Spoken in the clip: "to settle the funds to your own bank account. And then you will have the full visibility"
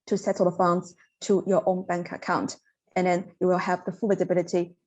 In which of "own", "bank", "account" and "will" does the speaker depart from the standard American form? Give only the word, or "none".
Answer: none